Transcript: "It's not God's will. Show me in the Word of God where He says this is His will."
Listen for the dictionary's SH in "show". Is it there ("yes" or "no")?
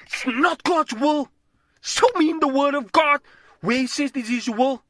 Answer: no